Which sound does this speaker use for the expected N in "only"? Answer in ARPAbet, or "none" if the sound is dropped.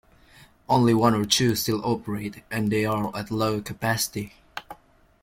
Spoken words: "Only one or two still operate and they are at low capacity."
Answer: N